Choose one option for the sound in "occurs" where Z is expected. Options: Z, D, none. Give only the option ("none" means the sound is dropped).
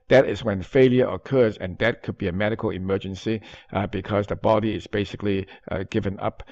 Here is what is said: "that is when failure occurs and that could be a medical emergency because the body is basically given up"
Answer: Z